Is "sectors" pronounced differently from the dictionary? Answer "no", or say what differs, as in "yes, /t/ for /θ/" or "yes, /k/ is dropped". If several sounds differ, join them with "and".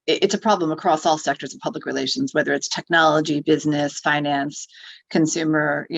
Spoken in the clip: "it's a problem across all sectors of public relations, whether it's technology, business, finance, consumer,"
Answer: no